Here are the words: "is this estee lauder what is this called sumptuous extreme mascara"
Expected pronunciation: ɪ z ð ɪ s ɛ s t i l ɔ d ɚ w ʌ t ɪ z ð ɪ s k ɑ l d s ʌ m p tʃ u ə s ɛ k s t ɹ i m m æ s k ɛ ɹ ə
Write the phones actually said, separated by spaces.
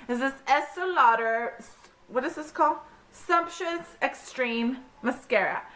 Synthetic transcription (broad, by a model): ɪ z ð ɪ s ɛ s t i l ɔ d ɚ w ʌ t ɪ z ð ɪ s k ɑ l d s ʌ m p ʃ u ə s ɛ k s t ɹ i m m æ s k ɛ ɹ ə